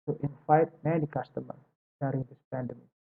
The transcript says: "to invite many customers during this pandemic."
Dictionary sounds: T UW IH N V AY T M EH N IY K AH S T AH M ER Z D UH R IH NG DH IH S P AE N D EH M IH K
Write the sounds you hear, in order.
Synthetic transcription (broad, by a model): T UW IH N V AY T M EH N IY K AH S T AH M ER D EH R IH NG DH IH S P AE N D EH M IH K